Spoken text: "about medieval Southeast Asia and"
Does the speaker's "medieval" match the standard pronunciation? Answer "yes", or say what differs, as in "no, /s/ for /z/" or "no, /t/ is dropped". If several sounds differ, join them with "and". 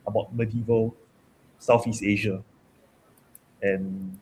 yes